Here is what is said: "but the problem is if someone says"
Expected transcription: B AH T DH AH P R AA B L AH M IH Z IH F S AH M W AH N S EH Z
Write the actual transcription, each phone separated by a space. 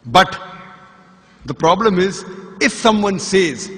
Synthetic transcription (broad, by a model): B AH T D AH P R AA B L AH M IH Z IH F S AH M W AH N S EH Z